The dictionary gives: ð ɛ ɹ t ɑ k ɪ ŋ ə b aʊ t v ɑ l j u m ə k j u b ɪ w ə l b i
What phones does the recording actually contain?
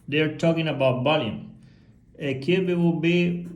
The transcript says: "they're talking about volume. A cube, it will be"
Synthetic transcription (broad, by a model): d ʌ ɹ t ɑ k ɪ ŋ ə b aʊ t b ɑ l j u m ə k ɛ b ɪ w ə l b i